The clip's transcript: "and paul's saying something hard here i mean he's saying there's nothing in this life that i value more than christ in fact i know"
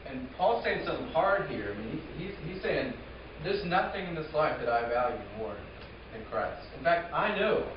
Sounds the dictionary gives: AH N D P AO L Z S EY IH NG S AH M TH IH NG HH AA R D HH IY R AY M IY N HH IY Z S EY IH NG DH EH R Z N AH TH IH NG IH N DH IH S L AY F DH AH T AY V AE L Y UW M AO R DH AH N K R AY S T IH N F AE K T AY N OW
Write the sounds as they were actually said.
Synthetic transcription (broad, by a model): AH N P AO L S EY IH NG S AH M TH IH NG HH AA R D HH IY R AY M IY N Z IY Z S EY IH NG DH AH R Z N AH TH IH NG IH N DH IH S L AY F DH AH T AY V AE L Y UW M AO R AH N K R AY S T IH N F AE K T AY N OW